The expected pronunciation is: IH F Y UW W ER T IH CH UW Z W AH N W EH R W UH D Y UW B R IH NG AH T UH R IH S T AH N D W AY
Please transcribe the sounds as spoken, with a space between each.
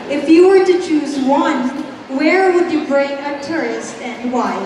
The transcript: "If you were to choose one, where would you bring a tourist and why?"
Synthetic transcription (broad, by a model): IH F Y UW W ER T IH CH UW Z W AH N W EH R W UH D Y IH B R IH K AH T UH R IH S T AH N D W AY